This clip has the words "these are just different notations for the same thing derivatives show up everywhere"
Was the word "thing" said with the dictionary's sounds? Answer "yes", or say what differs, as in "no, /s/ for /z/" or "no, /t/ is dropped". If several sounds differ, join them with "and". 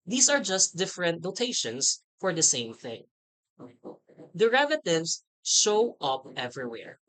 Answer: yes